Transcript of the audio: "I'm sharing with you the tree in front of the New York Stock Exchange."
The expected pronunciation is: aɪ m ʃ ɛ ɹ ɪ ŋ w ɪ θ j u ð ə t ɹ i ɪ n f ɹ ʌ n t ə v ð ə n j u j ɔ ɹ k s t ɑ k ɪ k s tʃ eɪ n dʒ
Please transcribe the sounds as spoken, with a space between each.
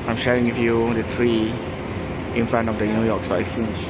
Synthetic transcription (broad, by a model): aɪ m ʃ ɛ ɹ ɪ ŋ w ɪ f j u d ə t ɹ i ɪ n f ɹ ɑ n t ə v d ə n j u j ɔ k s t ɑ ɪ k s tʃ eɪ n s